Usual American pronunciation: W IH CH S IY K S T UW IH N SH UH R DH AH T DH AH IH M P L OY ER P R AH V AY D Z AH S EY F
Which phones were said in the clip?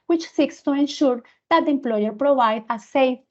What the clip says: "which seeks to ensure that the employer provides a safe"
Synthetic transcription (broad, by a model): W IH CH S IY K S T UW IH N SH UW R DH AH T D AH M P L OY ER P R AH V AY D AH S EY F